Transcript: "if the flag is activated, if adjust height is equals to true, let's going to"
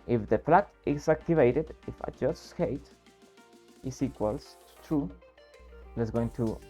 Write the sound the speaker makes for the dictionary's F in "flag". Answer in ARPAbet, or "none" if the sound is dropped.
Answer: P